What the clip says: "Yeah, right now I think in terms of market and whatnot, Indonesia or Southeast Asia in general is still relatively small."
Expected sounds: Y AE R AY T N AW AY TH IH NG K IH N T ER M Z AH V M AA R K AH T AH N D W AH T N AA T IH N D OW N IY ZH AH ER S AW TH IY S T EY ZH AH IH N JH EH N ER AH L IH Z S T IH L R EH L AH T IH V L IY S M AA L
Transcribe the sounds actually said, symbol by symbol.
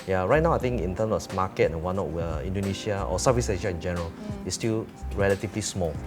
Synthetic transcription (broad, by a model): Y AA R AY T N AW AY T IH NG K IH N T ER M S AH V M AA K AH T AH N W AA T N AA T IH N D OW N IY SH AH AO S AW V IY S EY SH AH IH N JH EH N ER AH L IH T S T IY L R EH L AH T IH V L IY S M AA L